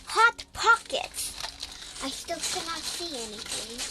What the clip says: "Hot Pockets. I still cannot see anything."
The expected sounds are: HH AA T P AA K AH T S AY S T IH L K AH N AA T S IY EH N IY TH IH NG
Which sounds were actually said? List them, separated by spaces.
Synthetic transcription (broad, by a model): HH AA T P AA K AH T AY S T IH L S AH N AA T S IY EH N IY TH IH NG